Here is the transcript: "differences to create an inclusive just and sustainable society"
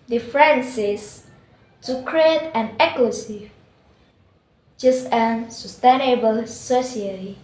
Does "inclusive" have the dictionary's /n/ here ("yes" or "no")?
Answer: no